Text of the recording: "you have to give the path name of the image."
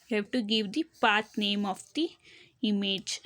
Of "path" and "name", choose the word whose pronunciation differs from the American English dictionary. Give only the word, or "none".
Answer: path